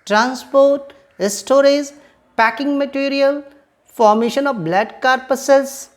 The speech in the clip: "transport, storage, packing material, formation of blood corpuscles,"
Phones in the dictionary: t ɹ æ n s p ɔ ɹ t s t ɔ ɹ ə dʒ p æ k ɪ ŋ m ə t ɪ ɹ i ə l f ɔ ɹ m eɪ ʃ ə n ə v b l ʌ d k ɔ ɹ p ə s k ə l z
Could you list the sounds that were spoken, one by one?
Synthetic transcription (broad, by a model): t ɹ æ n s p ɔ ɹ t s t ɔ ɹ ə z p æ k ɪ ŋ m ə t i ɹ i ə l f ɔ ɹ m eɪ ʃ ə n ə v b l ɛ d k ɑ ɹ p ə s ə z